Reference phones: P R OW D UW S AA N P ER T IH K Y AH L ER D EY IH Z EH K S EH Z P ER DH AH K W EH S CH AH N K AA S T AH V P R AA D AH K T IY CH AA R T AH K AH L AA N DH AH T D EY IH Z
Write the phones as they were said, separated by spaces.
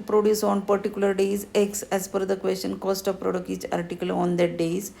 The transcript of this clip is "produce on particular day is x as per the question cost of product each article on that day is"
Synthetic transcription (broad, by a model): P R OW D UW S AA N P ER T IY K Y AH L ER D EY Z EH K S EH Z F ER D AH K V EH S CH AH N K AA S T AH V P R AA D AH K IY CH AA R T AH K AH L AA N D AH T D EY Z